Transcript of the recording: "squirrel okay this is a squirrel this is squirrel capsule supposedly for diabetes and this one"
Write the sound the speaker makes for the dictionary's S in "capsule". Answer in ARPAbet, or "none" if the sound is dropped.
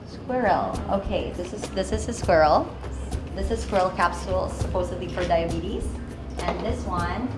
S